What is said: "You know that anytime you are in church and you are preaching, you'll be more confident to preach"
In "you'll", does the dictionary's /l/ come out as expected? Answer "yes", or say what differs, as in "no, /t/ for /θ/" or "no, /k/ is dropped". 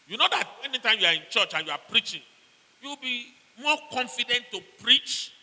no, /w/ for /l/